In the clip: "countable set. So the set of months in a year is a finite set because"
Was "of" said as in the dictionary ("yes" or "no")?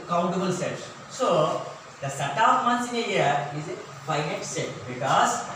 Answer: no